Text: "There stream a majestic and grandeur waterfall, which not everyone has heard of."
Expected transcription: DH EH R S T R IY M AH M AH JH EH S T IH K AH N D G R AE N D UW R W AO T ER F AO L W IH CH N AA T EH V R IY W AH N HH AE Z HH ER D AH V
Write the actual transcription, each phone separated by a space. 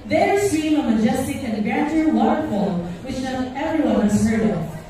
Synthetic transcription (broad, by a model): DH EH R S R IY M AH M AH JH EH S T IH K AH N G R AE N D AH R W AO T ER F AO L W IH CH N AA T EH V R IY W AH N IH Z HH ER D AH